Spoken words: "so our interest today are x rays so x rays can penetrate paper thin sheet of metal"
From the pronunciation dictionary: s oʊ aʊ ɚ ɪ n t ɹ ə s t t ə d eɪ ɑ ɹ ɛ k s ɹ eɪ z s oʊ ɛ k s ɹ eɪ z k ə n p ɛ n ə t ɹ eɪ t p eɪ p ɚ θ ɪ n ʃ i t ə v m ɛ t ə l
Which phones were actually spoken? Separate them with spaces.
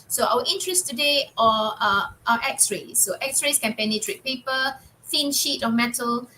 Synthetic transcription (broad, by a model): s oʊ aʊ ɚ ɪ n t ɹ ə s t t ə d eɪ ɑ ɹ ɛ k s ɹ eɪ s oʊ ɛ k s ɹ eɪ s k ə n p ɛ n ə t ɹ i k p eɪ p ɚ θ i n ʃ i t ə m ɛ t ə l